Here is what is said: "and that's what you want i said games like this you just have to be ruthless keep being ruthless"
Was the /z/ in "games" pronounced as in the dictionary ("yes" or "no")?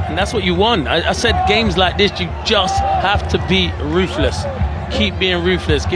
yes